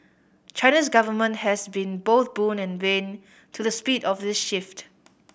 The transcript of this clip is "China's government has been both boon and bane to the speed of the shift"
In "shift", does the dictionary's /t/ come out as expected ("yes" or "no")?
yes